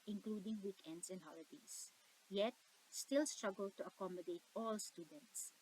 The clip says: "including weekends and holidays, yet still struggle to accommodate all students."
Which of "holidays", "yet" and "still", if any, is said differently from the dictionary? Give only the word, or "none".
holidays